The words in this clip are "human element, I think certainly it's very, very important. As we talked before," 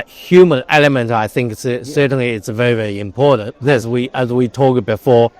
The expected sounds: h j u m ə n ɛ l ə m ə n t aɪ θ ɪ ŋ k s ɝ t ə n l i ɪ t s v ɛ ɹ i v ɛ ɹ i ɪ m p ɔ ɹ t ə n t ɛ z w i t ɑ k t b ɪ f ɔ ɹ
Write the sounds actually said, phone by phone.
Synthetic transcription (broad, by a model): h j u m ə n ɛ l ə m ə n t aɪ θ ɪ ŋ k s ɝ t n l i ɪ t s v ɛ ɹ i v ɛ ɹ i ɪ m p ɔ ɹ t n t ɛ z w i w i t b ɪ f ɔ ɹ